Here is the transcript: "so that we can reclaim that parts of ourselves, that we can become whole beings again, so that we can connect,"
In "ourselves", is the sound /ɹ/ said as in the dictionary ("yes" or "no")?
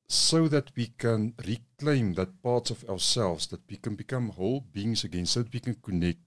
no